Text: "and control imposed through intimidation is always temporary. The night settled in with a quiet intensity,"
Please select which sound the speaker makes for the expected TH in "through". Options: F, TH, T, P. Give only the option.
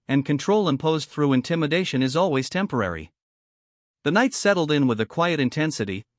TH